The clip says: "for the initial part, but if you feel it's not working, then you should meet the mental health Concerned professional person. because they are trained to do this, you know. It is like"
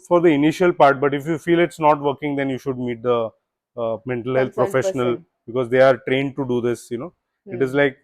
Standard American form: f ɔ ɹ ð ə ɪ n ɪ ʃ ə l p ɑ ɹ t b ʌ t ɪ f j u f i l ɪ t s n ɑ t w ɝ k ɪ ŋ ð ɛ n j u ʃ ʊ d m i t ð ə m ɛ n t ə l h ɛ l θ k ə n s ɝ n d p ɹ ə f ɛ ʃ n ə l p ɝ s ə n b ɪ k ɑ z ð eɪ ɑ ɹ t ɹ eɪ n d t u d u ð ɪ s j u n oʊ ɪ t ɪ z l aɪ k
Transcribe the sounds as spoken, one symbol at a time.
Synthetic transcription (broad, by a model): f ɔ ɹ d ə ɪ n ɪ ʃ ə l p ɑ ɹ t b ʌ t ɪ f j u f i l ɪ t s n ɑ t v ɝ k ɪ ŋ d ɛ n j u ʃ ʊ d m i t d ə m ɛ n t ə l h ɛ l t p ɹ ə f ɛ ʃ n ə l b ɪ k ɑ z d eɪ ɑ ɹ t ɹ eɪ n d t u d u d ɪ s j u n oʊ ɪ t ɪ z l aɪ k